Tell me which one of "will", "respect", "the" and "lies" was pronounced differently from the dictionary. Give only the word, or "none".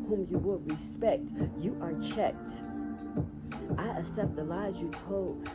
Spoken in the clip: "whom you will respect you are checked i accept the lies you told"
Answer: none